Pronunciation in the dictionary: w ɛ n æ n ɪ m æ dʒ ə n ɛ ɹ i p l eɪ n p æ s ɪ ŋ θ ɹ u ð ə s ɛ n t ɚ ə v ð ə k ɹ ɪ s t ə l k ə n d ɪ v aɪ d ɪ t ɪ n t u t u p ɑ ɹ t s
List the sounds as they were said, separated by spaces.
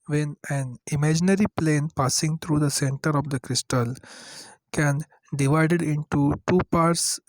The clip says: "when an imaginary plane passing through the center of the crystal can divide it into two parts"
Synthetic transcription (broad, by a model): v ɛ n æ n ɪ m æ dʒ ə n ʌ ɹ i p l eɪ n p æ s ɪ ŋ t ɹ u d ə s ɛ n t ɚ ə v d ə k ɹ ɪ s t ə l k ə n d ɪ v aɪ d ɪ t ɪ n t u t u p ɑ ɹ t s